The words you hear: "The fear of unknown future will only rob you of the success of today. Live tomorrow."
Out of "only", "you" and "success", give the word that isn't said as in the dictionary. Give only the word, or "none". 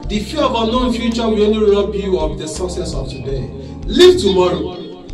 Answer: only